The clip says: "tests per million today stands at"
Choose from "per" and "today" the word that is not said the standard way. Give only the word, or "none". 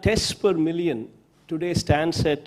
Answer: none